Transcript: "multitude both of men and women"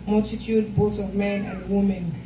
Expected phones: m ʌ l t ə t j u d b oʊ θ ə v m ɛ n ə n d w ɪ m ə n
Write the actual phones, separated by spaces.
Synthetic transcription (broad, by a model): m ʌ l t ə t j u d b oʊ t ə v m ɛ n ə n d w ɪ m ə n